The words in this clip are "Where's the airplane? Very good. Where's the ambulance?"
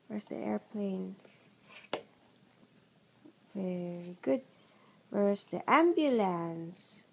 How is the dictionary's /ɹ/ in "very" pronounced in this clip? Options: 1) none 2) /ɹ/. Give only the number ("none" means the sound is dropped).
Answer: 2